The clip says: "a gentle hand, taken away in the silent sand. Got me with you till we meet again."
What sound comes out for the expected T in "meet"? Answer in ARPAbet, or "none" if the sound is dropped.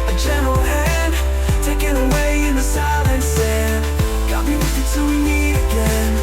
none